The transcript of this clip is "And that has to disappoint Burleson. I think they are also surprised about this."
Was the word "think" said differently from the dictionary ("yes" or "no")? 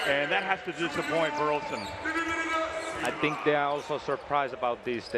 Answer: no